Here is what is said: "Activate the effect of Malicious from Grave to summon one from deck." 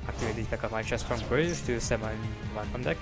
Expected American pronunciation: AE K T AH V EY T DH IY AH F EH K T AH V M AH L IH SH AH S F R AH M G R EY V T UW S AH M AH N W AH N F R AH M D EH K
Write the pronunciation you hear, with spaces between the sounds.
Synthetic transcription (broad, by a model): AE K T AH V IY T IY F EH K AH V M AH IH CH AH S F R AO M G R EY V T UW S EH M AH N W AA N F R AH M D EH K